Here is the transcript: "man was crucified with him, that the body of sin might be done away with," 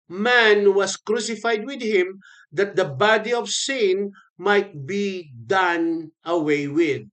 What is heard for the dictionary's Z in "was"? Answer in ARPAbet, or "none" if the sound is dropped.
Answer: S